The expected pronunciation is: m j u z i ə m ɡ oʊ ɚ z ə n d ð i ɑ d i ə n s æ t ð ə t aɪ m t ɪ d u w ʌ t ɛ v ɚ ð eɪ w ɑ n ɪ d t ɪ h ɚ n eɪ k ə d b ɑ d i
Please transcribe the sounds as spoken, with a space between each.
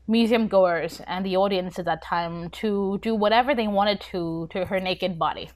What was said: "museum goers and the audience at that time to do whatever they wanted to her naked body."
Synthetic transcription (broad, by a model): m j u z i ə m ɡ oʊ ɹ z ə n ð i ɑ d i ə n s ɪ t ð ə t aɪ m t ɪ d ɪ w ʌ t ɛ v ɚ ð eɪ w ɑ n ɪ d t ɪ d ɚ n eɪ k ə d b ɑ d i